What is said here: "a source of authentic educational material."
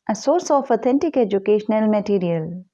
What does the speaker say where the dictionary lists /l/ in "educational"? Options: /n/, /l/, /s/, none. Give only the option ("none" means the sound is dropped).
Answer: /l/